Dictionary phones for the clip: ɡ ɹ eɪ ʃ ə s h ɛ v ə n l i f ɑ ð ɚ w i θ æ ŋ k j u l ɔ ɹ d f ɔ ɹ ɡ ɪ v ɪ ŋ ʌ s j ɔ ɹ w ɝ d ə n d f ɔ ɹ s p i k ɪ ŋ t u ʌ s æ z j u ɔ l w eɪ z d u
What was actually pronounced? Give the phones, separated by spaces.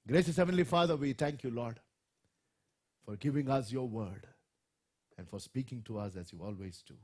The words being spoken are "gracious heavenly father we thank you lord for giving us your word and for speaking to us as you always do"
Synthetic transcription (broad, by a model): ɡ ɹ eɪ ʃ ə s h ɛ v ə n l i f ɑ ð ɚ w i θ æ ŋ k j u l ɔ ɹ d f ɔ ɹ ɡ ɪ v ɪ ŋ ʌ s j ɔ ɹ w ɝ d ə n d f ɔ ɹ s p i k ɪ ŋ t u ʌ s æ z j u ɔ l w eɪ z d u